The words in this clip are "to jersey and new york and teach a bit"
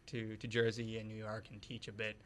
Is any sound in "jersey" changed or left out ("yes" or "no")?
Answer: no